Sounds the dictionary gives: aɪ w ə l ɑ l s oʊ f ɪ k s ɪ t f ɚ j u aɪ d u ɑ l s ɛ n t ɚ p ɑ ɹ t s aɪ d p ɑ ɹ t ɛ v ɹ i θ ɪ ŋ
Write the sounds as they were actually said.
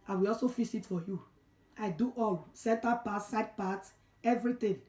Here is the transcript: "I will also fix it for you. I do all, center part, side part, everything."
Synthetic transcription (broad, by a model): aɪ w ə l ɑ l s oʊ f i s ɪ t f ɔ j u aɪ d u ɑ l s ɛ n t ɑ p ɑ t s aɪ d p ɑ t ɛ v ɹ i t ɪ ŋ